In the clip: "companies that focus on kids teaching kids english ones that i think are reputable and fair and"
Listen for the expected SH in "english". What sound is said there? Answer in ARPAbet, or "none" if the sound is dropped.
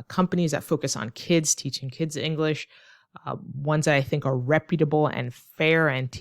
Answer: SH